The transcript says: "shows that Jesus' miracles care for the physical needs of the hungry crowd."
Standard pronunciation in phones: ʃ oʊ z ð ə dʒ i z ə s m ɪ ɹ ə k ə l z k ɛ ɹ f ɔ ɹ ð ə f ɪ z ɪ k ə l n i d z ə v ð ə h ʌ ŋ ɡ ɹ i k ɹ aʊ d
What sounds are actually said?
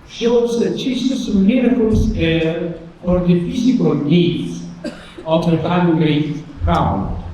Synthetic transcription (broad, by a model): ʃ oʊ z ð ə tʃ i s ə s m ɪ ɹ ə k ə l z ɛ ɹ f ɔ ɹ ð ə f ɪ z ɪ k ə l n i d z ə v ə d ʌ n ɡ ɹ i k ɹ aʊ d